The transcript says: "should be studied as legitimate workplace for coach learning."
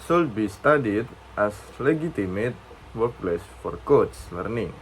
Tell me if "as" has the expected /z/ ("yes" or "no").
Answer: no